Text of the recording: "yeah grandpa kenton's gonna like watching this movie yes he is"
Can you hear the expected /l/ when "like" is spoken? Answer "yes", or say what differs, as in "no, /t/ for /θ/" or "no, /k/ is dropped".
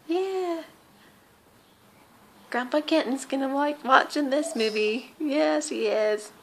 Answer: no, /w/ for /l/